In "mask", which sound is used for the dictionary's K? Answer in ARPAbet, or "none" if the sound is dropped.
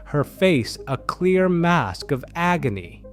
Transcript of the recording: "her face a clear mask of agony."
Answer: K